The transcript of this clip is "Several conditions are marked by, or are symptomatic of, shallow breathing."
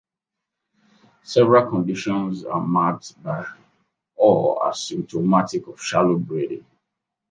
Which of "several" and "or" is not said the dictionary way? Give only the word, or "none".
or